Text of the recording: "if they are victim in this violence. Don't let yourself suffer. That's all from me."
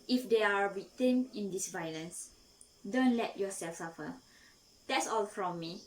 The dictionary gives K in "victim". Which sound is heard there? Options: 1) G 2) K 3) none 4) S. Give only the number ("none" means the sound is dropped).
3